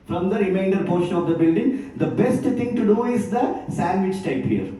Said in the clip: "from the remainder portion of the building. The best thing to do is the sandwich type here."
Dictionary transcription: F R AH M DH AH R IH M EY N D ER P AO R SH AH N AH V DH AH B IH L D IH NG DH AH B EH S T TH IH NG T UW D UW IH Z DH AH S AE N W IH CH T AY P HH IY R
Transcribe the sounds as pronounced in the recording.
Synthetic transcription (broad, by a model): F R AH M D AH R IH M EY N D ER P AO R SH AH N AH V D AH B IH L D IH NG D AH B EH S T T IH NG T UW D UW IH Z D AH S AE N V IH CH T AY P HH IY R